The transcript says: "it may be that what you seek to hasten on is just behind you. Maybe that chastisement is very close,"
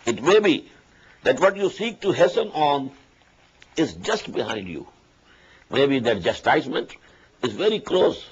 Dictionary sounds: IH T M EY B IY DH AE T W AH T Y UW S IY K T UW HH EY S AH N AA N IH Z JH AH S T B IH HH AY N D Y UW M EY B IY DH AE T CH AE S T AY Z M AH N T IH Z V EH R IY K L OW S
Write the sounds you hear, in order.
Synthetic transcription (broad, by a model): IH T M EY B IY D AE T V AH T Y UW S IY K T UW HH EY S AH N AA N IH Z JH AH S T B IH HH AY N D Y UW M EY B IY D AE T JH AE S T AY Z M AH N T IH Z V EH R IY K L OW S